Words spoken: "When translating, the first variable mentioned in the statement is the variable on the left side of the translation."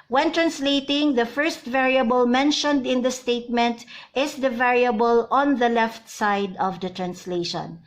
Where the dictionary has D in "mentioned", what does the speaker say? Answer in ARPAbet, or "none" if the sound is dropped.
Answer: D